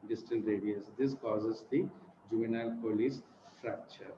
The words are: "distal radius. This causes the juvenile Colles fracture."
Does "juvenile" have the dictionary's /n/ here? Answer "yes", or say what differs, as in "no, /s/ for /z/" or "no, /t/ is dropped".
yes